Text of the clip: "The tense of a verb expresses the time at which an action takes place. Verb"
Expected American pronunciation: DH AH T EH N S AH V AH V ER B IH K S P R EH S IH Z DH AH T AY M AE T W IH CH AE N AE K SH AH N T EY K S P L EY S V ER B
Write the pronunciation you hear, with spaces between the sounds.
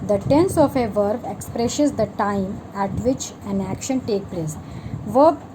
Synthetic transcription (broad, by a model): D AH T EH N S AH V AH V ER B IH K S P R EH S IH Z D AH T AY M AE T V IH CH AE N AE K SH AH N T EY K P L EY S V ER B